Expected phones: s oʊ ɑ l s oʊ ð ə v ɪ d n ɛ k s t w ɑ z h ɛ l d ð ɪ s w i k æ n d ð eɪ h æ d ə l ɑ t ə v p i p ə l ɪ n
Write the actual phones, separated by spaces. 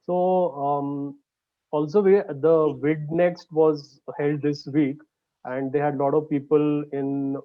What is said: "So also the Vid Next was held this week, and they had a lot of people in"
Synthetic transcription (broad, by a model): s oʊ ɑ l s oʊ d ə v ɪ d n ɛ k s t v ɑ z h ɛ l d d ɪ s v i k æ n d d eɪ h æ d l ɑ t ə v p i p ə l ɪ n